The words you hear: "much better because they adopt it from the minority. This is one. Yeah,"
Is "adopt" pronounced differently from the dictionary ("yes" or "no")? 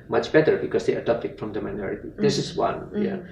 yes